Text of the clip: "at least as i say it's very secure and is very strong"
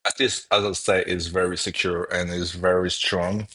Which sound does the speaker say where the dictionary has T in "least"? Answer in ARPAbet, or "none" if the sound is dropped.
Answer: none